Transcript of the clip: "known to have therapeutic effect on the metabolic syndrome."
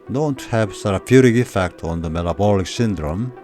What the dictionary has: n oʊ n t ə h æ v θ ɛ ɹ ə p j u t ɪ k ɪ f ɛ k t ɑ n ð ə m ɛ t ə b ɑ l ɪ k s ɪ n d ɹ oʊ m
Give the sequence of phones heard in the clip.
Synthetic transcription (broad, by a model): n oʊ n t h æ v s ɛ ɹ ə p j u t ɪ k ɪ f ɛ k t ɑ n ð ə m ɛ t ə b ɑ l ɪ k s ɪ n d ɹ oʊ m